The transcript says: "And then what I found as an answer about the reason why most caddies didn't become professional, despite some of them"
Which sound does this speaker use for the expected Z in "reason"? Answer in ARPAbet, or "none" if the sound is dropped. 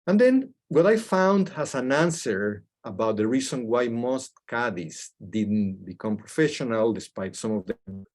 S